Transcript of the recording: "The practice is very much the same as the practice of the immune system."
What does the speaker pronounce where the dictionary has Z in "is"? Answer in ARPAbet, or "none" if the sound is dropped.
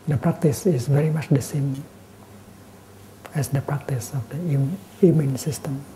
S